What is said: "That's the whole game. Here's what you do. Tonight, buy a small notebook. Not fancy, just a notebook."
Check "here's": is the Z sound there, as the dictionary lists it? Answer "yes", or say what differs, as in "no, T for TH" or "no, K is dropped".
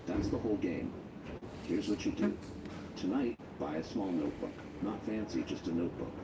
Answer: yes